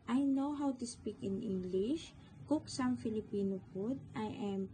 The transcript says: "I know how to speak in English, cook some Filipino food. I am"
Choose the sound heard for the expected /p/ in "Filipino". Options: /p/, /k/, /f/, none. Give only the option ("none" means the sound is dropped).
/p/